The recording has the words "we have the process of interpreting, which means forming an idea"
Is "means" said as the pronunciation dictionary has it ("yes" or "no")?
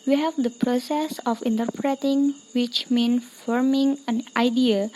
no